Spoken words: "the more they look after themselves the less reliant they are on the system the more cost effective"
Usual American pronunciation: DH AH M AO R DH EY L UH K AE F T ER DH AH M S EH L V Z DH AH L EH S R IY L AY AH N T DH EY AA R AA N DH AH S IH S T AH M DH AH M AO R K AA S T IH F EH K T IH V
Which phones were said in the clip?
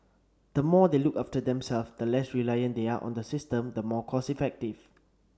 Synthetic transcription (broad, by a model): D AH M AO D EY L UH K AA F T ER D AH M S EH L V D AH L EH S R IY L AY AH N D EY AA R AA N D AH S IH S T AH M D AH M AO K AA S IH F EH K T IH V